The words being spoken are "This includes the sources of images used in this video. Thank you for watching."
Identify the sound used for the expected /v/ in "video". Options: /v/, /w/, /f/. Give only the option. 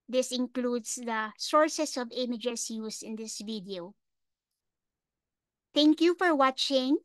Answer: /v/